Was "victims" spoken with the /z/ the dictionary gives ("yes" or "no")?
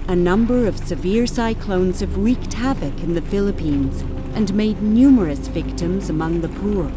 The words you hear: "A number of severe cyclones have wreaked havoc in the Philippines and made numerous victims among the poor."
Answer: yes